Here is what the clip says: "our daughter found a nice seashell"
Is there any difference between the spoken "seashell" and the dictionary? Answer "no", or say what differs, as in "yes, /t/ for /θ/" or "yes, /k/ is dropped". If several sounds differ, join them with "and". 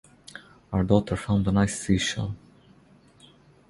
yes, /n/ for /l/